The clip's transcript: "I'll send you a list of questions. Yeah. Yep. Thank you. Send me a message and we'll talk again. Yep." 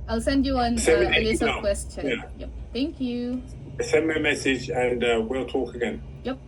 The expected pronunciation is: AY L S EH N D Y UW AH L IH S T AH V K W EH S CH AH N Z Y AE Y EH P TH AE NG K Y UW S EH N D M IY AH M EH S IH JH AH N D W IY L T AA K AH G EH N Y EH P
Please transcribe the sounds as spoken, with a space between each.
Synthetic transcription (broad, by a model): AY L S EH N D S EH AH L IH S AH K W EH S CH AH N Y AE Y EH P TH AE NG K Y UW S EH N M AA AH M EH S IH JH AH N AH W IY L T AA K AH G EH N Y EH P